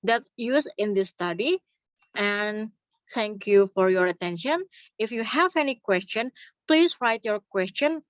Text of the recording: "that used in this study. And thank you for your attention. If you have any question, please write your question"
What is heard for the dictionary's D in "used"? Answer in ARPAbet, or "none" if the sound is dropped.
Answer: none